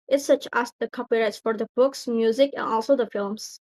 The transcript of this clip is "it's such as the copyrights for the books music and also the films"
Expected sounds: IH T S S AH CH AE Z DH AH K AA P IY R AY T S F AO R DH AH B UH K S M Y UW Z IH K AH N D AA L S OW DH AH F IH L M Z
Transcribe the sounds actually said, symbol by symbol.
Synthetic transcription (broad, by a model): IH T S S AH CH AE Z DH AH K AA P IY R AY T S F AO R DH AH B UH K S M Y UW Z IH K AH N AA L S OW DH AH F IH L M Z